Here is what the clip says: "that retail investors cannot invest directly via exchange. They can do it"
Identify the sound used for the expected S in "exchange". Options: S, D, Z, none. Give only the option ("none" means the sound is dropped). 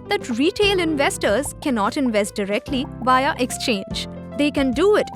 S